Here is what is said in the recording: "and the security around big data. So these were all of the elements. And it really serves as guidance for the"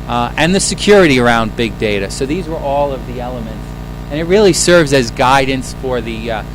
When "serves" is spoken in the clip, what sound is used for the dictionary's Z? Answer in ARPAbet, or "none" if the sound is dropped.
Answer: Z